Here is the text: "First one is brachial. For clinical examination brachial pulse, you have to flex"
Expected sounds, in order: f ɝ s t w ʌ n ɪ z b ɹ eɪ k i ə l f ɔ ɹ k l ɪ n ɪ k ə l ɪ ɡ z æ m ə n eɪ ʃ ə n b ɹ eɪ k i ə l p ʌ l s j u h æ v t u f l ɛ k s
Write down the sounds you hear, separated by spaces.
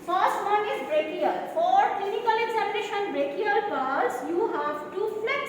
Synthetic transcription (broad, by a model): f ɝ s t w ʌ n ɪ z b ɹ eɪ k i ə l f ɔ ɹ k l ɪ n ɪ k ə l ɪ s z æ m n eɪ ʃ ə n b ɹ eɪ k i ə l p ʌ s j u h æ v t u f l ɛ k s